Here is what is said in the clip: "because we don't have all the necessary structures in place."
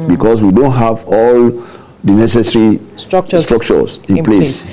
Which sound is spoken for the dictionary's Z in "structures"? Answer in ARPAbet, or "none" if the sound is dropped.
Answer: S